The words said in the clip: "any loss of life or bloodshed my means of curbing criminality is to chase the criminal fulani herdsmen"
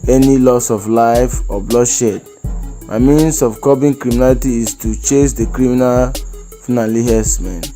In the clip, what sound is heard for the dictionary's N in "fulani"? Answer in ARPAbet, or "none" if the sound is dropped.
L